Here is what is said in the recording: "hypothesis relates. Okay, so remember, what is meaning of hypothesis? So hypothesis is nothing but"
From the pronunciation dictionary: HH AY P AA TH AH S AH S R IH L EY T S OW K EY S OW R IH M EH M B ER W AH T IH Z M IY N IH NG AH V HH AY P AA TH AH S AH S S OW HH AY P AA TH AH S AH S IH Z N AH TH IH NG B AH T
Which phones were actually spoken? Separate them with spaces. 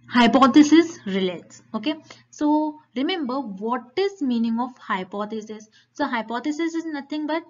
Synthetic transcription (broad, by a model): HH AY P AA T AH S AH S R IH L EY T S OW K EY S OW R IH M EH M B ER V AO T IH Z M IY N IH NG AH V HH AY P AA T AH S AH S S OW HH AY P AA T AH S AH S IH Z N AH T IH NG B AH T